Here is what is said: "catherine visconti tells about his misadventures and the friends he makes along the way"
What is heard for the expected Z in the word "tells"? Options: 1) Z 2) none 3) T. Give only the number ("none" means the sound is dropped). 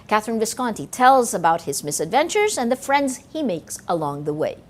1